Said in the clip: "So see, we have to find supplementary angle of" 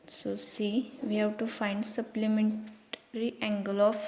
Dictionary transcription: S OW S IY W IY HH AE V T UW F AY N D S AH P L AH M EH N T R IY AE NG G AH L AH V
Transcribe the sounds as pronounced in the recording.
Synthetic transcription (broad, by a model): S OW S IY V IY HH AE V T UW F AY N D S AH P L AH M EH N T R IY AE NG G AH L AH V